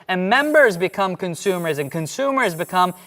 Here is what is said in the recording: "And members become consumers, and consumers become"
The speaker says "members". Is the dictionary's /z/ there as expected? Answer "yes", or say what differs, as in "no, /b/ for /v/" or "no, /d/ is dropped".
yes